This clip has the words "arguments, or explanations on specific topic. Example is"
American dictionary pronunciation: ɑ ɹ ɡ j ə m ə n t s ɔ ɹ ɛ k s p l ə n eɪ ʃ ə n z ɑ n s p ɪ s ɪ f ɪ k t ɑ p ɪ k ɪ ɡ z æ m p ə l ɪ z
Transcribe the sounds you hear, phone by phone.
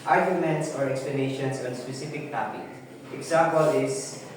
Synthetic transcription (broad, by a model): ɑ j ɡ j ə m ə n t s ɔ ɹ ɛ k s p l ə n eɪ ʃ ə n s ɑ n s p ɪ s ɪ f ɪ k t ɑ p ɪ k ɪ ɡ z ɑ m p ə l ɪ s